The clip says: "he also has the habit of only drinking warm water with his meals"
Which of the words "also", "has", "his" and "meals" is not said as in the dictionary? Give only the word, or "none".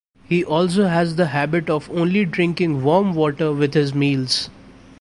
none